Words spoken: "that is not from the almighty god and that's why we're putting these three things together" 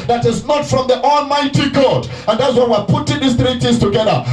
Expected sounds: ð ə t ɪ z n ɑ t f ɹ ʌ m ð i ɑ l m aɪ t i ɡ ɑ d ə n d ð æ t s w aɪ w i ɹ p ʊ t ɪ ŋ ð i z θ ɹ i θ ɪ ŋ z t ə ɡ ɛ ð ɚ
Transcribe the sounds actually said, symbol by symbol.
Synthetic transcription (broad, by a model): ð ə t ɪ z n ɑ t f ɹ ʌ m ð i ɑ l m aɪ t i ɡ ɑ d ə n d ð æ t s w aɪ w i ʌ p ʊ t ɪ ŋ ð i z θ ɹ i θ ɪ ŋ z t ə ɡ ɛ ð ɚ